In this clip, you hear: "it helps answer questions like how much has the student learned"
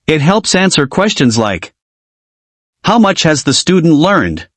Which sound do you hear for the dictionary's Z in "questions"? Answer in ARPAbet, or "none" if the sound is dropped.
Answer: Z